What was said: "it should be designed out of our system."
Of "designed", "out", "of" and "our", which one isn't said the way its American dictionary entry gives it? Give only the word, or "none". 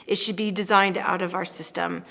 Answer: none